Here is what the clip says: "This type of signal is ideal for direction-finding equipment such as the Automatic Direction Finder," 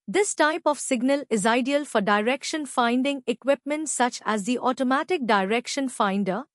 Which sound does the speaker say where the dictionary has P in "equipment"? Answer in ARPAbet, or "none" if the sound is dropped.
P